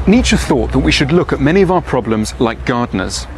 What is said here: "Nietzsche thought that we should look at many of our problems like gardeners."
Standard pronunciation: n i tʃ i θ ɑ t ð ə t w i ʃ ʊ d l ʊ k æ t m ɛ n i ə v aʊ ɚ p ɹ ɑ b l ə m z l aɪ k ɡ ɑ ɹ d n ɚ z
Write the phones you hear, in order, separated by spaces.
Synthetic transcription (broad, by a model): n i tʃ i θ ɑ t ð ə t w i ʃ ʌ d l ʊ k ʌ t m ɛ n i ə v aʊ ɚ p ɹ ɑ b l ə m z l aɪ k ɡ ɑ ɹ d n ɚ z